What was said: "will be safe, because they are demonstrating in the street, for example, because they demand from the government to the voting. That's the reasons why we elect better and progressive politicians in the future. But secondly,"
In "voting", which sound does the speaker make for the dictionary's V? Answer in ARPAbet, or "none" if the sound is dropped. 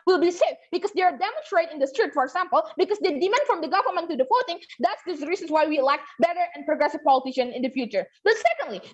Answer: F